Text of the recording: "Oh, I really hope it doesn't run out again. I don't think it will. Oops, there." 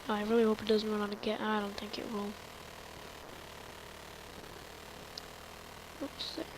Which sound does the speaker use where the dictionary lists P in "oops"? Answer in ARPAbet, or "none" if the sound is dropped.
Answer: none